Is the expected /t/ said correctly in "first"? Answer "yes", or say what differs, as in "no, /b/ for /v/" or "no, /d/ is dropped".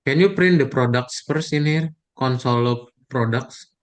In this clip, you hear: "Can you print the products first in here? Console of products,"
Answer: no, /t/ is dropped